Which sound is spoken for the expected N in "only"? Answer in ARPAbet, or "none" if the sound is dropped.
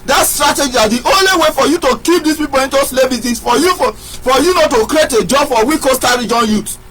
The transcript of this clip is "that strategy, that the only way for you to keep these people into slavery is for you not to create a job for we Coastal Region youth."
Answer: N